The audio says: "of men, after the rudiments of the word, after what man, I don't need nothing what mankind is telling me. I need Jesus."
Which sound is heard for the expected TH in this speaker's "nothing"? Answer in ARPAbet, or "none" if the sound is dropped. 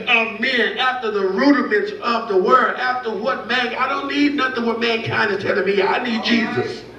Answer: TH